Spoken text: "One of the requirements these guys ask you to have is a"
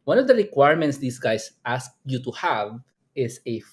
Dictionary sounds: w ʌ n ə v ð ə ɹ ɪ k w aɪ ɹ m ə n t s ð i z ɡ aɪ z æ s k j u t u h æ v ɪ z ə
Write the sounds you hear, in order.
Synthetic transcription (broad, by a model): w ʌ n ə v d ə ɹ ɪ k w aɪ ɹ m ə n t s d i s ɡ aɪ s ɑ s k j u t u h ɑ v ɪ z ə